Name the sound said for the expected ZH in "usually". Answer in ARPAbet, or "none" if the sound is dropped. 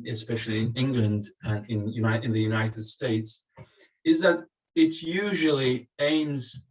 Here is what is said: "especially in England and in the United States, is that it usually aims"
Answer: ZH